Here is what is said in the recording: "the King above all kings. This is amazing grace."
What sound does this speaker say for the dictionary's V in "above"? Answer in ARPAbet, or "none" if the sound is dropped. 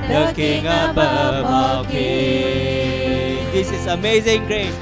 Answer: none